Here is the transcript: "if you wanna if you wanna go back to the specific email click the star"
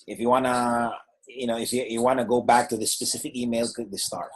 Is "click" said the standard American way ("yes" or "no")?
no